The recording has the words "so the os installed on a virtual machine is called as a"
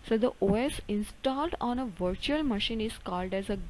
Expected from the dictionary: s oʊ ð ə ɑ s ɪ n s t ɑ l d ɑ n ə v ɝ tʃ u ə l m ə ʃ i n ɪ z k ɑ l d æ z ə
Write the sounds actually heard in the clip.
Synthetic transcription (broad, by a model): s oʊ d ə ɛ s ɪ n s t ɑ l d ɑ n ə v ɝ tʃ u ə l m ə ʃ i n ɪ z k ɑ l d æ z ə